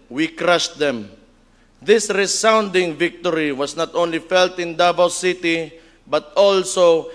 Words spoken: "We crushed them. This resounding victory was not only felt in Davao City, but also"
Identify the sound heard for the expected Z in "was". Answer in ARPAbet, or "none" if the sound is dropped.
S